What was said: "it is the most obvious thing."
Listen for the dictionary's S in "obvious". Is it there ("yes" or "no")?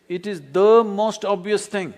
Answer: yes